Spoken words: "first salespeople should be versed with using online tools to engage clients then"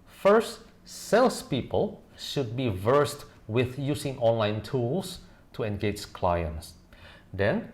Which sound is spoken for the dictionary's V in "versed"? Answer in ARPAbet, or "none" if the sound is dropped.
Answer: V